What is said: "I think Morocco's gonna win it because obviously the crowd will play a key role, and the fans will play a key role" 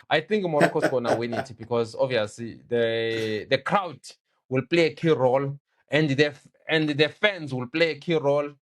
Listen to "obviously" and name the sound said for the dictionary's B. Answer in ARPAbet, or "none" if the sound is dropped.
none